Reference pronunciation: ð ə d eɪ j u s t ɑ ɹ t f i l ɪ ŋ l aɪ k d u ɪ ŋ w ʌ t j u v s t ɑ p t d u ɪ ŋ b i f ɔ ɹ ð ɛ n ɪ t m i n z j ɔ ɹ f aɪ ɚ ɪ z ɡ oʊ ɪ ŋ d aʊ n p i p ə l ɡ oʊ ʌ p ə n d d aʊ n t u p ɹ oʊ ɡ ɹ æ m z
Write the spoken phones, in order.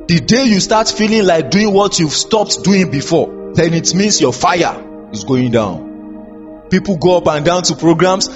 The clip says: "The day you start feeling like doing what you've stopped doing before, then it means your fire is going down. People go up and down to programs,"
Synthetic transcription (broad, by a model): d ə d eɪ j u s t ɑ t f i l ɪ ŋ l aɪ k d u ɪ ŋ w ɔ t j u v s t ɑ p t d u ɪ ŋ b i f ɔ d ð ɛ n ɪ t m i n s j ɔ f aɪ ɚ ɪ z ɡ oʊ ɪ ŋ d aʊ n p i p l ɡ oʊ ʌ p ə n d d aʊ n t u p ɹ oʊ ɡ ɹ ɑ m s